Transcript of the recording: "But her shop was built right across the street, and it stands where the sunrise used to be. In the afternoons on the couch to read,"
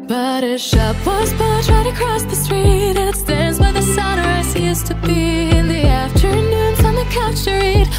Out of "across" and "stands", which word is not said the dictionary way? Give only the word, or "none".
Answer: none